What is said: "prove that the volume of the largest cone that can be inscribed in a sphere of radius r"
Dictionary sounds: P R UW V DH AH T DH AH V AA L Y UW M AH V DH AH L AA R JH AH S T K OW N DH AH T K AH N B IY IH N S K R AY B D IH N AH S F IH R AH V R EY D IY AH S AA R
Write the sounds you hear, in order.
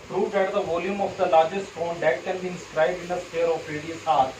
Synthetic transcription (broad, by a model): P R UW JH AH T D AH V AA L Y UW M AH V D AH L AA R JH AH S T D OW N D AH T K AH N B IY IH N S K R AY B D IH N AH S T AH R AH P R EY D IY AH S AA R